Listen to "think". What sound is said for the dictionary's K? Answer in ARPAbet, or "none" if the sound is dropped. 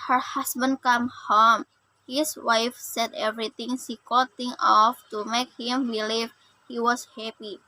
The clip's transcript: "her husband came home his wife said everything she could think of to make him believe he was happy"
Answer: none